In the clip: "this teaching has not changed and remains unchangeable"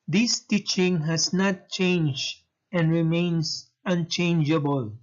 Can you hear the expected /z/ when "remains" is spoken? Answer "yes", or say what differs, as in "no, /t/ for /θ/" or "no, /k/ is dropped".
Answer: no, /s/ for /z/